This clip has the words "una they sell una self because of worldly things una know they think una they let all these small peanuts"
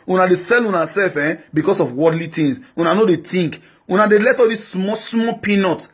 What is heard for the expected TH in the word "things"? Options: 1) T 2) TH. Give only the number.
1